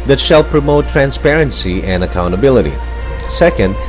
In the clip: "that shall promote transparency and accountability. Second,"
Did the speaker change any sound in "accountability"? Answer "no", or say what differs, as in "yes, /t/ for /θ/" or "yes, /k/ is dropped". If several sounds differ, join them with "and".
no